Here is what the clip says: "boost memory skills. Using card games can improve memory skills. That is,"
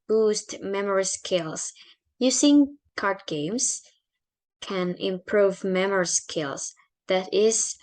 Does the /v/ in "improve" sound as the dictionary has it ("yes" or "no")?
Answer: yes